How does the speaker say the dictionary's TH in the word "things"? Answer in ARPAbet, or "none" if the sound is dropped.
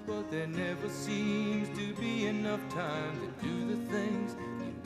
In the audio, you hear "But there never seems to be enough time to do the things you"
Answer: TH